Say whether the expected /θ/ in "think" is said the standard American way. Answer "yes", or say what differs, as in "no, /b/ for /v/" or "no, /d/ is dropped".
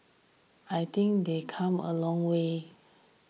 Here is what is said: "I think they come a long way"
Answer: no, /t/ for /θ/